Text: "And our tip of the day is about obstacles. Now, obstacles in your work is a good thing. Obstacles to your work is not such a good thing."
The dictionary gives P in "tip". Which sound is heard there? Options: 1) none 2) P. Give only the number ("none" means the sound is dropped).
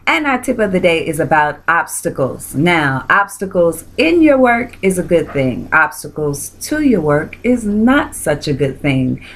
2